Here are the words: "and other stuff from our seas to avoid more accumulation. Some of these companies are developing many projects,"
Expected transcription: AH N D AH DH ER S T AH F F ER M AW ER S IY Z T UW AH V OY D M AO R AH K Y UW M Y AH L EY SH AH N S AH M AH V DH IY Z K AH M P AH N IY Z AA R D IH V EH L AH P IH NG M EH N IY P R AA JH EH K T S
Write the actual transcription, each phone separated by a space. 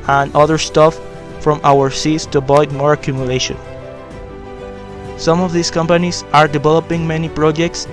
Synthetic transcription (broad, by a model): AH N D AH DH ER S T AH F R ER M AW ER S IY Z T UW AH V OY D M AO R AH K Y UW M Y AH L EY SH AH N S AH M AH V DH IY S K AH M P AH N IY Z AA R D IH V EH L AH P IH NG M EH N IY P R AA JH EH K T S